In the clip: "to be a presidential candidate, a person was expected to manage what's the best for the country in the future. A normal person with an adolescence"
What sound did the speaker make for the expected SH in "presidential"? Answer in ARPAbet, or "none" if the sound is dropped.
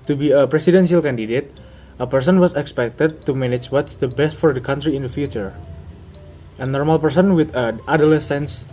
S